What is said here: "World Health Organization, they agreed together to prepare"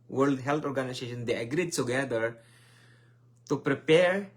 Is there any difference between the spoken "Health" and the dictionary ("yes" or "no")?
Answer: yes